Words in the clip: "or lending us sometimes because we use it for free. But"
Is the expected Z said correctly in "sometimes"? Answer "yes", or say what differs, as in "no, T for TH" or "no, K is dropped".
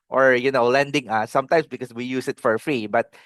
no, S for Z